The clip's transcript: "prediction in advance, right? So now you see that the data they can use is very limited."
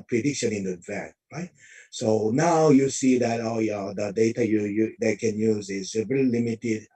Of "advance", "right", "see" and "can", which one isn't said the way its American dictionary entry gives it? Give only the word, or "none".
advance